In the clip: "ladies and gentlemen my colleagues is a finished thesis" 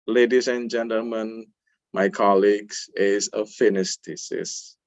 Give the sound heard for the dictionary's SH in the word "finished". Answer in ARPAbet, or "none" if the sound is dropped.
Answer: S